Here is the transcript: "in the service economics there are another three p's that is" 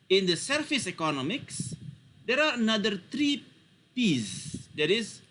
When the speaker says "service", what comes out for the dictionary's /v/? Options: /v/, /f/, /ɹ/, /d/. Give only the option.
/f/